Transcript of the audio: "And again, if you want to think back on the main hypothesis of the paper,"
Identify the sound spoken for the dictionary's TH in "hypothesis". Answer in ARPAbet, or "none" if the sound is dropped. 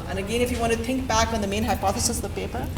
TH